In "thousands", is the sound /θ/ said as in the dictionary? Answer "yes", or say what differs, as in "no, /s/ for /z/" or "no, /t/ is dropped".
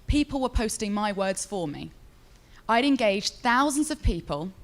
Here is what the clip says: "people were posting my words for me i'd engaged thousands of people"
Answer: yes